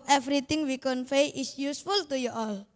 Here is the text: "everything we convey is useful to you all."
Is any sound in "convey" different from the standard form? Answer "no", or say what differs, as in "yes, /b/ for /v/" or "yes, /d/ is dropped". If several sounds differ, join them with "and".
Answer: yes, /f/ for /v/